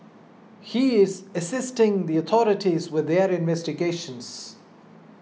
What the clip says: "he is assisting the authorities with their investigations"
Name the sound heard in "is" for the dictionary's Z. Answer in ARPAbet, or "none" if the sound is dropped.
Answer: Z